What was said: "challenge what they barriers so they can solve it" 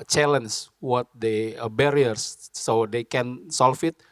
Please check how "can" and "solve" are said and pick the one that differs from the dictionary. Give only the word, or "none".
solve